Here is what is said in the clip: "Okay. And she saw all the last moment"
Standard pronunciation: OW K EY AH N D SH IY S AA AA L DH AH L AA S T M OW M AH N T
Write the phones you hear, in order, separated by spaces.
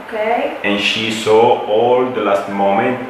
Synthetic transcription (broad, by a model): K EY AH N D SH IY S AA AA L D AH L AA S T M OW M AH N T